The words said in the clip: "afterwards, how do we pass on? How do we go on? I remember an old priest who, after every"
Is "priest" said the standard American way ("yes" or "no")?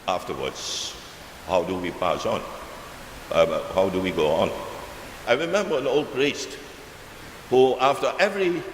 yes